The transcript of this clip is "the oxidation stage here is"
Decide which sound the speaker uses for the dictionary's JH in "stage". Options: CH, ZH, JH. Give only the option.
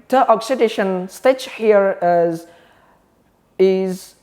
CH